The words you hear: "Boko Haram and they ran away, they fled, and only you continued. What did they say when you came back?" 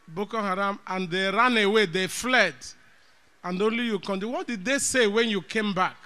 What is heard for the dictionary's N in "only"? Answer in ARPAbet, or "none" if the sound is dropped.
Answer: N